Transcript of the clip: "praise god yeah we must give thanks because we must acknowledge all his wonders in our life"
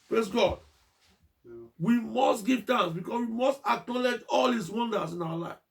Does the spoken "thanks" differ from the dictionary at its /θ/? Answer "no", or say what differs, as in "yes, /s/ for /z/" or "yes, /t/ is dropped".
yes, /t/ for /θ/